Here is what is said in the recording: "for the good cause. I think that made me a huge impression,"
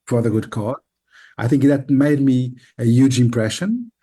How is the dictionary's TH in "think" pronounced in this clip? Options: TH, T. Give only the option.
TH